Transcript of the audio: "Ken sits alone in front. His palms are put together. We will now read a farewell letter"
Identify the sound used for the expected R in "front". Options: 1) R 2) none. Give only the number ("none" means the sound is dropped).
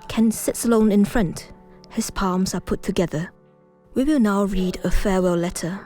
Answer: 1